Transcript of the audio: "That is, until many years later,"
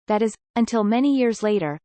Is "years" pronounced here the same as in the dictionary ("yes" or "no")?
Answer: yes